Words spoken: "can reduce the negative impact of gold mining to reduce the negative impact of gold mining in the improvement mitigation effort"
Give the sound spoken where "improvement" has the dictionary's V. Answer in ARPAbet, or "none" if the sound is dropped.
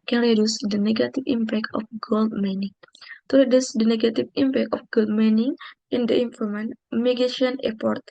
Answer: none